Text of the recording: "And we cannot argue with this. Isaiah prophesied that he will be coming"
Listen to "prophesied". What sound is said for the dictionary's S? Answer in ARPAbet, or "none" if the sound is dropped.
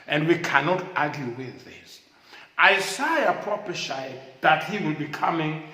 SH